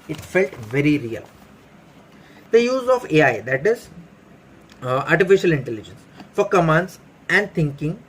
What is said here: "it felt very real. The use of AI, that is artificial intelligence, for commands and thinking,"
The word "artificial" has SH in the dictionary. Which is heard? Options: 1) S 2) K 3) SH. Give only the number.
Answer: 3